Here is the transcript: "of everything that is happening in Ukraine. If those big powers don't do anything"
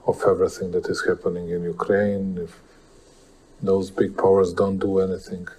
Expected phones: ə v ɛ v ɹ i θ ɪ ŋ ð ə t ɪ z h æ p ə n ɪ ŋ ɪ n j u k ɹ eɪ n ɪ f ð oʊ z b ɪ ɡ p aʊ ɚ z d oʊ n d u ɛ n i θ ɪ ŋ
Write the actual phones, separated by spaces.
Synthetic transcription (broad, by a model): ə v ɛ v ɹ i θ ɪ ŋ ð ə t ɪ z h æ p ə n ɪ ŋ ɪ n j u k ɹ eɪ n ɪ f ð oʊ z b ɪ ɡ p aʊ ɚ z d oʊ n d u ɛ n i θ ɪ ŋ